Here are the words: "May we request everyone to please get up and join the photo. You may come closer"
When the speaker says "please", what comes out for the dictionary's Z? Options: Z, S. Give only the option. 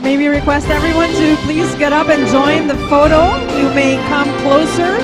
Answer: Z